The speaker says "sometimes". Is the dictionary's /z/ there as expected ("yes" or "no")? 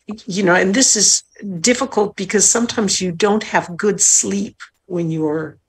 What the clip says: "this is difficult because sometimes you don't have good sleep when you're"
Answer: yes